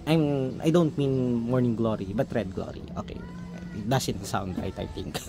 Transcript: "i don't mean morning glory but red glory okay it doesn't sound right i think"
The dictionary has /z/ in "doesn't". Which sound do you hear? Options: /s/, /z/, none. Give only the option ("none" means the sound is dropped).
/s/